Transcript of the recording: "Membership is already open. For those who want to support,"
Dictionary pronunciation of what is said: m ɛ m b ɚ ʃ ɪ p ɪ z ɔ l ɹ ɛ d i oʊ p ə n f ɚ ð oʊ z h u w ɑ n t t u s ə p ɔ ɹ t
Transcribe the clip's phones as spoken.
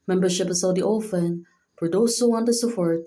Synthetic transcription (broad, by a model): m ɛ m b ɚ ʃ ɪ p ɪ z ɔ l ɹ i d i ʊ f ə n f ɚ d oʊ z h u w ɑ n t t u s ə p ɔ ɹ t